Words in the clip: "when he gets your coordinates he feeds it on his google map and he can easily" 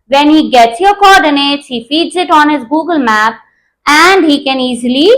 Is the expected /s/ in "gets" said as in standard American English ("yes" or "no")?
yes